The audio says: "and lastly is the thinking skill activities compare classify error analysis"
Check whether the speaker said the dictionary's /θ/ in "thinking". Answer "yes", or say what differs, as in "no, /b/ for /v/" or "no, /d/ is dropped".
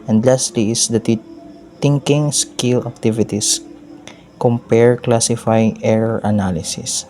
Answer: no, /t/ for /θ/